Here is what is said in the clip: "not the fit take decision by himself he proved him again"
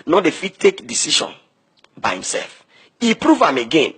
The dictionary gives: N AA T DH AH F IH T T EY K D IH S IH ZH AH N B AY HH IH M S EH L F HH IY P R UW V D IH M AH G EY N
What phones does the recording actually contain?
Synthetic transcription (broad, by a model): N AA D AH F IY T T EY K D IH S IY SH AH N B AY HH IH M S EH L F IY P R UW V IH M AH G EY N